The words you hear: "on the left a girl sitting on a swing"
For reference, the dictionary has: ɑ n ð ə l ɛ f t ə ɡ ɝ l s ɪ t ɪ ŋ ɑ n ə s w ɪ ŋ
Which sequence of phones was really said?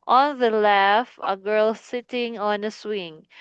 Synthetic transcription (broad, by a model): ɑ n ð ə l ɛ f ə ɡ ɝ l s ɪ t ɪ ŋ ɑ n ə s w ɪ ŋ